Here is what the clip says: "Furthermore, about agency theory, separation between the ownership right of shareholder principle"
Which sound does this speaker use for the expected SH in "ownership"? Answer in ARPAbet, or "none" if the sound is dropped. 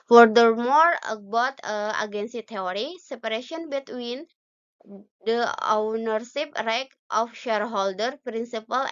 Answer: S